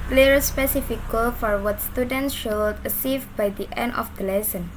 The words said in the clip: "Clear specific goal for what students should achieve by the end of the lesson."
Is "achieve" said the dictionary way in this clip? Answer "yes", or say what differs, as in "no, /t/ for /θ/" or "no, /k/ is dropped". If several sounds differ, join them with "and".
no, /s/ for /tʃ/